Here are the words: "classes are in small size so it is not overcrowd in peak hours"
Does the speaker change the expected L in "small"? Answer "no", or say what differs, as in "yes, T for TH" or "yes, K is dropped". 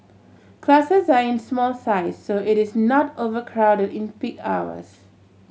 no